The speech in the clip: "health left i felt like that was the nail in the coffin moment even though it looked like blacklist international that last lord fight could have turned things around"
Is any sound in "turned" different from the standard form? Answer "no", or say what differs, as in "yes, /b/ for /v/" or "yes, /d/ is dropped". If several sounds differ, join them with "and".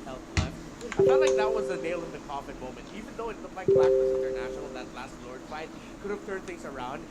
yes, /n/ is dropped